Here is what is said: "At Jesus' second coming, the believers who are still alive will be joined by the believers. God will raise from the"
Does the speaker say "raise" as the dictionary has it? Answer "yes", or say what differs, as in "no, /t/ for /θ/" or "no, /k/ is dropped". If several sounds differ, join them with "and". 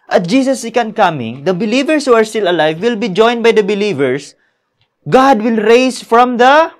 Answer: no, /s/ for /z/